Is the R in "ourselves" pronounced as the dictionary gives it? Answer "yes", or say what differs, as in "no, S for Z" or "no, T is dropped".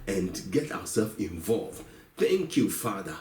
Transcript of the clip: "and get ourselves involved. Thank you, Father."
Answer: no, W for R